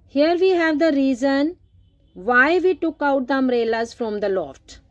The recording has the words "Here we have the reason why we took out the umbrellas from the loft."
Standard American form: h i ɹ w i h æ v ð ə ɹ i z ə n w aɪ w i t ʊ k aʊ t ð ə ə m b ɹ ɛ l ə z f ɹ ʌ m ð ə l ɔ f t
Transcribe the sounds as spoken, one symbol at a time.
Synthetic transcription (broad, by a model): h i ɹ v i h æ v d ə ɹ i z ə n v aɪ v i t ʊ k aʊ t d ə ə m ɹ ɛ l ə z f ɹ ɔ m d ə l ɔ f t